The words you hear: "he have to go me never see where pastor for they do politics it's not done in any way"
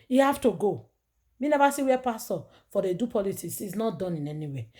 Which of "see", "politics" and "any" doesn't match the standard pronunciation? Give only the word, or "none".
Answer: politics